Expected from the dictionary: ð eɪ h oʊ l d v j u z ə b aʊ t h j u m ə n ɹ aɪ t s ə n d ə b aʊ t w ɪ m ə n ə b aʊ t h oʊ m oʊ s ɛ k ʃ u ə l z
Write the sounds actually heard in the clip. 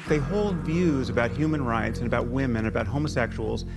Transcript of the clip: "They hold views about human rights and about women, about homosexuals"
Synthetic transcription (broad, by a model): ð eɪ h oʊ l d v j u z ə b aʊ t h j u m ə n ɹ aɪ t s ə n ə b aʊ t w ɪ m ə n ə b aʊ t h oʊ m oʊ s ɛ k ʃ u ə l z